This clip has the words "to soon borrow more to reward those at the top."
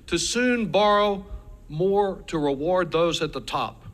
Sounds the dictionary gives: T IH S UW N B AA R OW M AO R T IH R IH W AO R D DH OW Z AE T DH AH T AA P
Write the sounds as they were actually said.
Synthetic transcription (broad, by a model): T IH S UW N B AA R OW M AO R T IH R IH W AO R D DH OW Z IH T DH AH T AA P